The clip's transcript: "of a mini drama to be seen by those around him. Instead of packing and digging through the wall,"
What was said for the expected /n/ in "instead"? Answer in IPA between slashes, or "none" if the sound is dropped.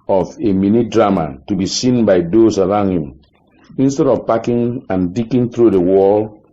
/n/